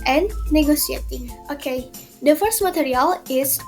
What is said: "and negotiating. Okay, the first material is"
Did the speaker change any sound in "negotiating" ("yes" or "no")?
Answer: yes